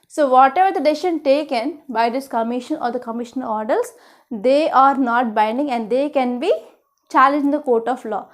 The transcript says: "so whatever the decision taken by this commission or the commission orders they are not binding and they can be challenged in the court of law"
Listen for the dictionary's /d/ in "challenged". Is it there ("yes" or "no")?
no